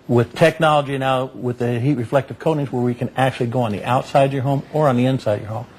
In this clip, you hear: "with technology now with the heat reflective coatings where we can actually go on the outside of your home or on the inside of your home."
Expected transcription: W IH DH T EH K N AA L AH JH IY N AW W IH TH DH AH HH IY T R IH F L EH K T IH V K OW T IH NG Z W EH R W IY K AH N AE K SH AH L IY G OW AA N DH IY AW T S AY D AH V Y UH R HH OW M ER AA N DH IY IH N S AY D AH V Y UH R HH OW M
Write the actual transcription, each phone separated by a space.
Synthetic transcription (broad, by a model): W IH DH T EH K N AA L AH JH IY N AW W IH DH AH HH IY T R IH F L EH K T IH V K OW T IH NG Z W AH R W IY K AH N AE K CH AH L IY G OW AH N DH IY AW T S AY AH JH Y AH R HH OW M ER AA N DH IY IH N S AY AH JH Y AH R HH OW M